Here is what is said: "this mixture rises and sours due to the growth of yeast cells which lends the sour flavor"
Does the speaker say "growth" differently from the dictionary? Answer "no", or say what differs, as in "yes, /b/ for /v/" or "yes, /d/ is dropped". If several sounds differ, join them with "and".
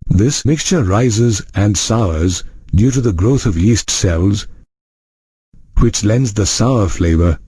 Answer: no